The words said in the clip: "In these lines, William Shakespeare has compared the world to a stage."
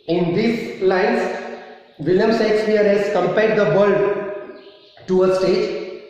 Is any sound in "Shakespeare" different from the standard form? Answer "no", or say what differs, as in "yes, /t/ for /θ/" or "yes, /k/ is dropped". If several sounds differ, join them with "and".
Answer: yes, /s/ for /ʃ/